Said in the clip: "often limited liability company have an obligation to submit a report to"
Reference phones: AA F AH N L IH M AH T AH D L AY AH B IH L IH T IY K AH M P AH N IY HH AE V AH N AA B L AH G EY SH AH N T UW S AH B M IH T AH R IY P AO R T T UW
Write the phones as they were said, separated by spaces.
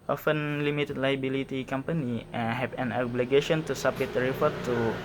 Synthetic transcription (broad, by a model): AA F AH N L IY M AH T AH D L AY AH B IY L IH T IY K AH M P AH N IY HH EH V AH N AA B L AH G EY SH AH N T UW S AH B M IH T R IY F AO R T T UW